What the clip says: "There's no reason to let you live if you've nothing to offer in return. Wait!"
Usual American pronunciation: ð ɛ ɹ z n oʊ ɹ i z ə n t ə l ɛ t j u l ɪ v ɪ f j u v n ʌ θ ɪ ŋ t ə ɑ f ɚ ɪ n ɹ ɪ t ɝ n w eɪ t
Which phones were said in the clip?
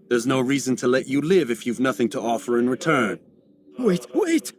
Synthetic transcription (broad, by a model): ð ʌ ɹ z n oʊ ɹ i z ə n t ə l ɛ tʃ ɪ l ɪ v ɪ f j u v n ʌ θ ɪ ŋ t ə ɑ f ɚ ɪ n ɹ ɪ t ɝ n w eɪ t